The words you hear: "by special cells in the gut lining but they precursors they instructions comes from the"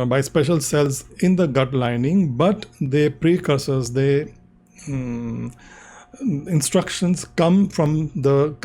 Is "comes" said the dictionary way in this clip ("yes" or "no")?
no